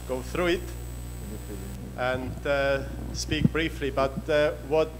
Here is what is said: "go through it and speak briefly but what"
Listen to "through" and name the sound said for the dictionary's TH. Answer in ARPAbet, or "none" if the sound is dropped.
TH